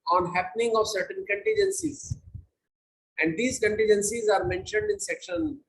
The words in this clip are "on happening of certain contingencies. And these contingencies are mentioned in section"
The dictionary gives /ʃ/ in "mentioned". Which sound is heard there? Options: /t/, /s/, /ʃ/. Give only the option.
/ʃ/